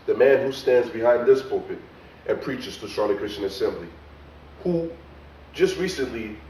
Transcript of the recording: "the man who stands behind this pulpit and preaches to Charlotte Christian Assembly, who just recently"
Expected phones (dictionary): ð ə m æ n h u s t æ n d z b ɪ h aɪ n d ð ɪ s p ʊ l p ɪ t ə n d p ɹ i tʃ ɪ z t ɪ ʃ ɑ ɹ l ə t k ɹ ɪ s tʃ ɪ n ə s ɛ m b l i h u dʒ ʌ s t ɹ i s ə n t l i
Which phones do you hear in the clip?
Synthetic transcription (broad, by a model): ð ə m æ n h u s t æ n d z b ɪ h aɪ n ð ɪ s p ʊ p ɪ t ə n p ɹ i tʃ ɪ z t ɪ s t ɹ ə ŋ k ɹ ɪ s tʃ ɪ n ə s ɛ m b l i h u dʒ ʌ s t ɹ i s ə n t l i